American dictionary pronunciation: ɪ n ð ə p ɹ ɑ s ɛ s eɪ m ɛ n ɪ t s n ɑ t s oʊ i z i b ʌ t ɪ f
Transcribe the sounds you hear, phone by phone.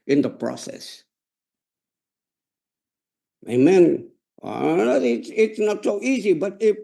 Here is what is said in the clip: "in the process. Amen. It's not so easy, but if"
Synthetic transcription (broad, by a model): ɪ n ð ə p ɹ ɑ s ɛ s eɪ m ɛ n ɪ t s n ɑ t s oʊ i z i b ʌ t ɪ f